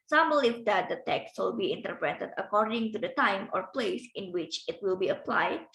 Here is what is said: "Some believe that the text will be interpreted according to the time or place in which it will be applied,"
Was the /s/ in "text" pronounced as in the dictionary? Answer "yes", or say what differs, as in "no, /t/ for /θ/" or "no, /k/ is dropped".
yes